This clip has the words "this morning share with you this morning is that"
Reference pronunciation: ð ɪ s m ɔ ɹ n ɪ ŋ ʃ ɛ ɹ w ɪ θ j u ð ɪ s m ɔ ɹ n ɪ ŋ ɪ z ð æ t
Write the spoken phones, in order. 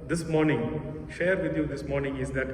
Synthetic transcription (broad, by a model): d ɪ s m ɔ ɹ n ɪ ŋ ʃ ɛ ɹ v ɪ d j u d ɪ s m ɔ ɹ n ɪ ŋ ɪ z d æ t